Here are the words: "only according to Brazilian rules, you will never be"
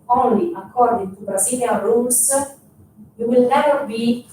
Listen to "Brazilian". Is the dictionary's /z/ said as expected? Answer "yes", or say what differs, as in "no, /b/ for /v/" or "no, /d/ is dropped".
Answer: no, /s/ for /z/